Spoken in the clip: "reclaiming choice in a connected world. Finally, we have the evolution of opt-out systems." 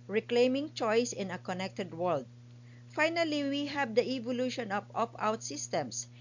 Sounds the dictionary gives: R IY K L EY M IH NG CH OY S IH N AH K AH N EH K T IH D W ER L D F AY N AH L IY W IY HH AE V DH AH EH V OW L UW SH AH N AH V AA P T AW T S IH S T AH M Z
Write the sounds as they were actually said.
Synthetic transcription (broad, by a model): R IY K L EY M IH NG CH OY S IH N AH K AH N EH K T IH D W ER L D F AY N AH L IY W IY HH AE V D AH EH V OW L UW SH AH N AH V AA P AW T S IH S T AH M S